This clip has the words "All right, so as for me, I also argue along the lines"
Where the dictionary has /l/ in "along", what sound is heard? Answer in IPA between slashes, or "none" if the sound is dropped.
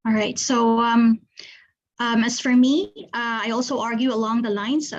/l/